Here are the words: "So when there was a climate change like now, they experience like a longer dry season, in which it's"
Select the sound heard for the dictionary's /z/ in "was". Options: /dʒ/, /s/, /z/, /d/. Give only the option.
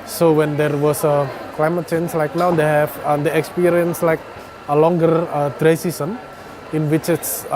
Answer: /s/